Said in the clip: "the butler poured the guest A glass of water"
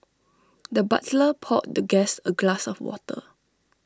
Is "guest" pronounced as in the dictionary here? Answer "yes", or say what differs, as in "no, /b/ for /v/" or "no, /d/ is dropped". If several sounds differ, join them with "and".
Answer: no, /t/ is dropped